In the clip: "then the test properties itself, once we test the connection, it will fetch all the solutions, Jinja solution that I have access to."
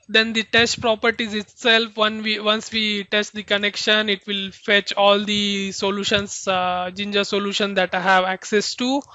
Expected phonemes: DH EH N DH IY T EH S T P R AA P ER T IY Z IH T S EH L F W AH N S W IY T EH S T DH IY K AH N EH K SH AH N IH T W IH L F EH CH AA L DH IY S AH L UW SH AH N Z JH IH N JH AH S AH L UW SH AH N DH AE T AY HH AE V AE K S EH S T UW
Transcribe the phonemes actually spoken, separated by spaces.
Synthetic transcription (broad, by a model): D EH N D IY T EH S T P R AA P ER T IY Z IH T S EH L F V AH N S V IY T EH S T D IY K AH N EH K SH AH N IH T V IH L F EH CH AA L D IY S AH L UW SH AH N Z JH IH N JH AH S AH L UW SH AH N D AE T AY HH AE V AE K S EH S T UW